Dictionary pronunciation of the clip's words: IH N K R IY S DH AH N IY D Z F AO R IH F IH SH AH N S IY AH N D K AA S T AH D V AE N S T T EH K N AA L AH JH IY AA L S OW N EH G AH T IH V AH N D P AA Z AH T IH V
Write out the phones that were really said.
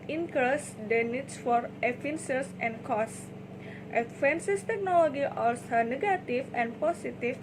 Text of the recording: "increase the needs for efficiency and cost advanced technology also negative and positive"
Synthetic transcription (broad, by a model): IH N K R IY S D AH N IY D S F AO R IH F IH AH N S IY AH N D K AA S T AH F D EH N S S T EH K N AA L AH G IY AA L S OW N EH G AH T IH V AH N P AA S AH T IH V